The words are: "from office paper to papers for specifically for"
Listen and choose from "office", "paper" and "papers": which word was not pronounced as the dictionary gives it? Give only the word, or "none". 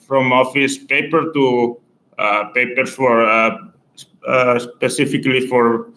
papers